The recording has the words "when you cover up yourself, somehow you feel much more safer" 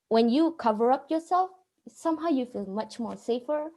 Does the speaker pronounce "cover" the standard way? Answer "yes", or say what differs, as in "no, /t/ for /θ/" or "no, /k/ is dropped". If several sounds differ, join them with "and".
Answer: yes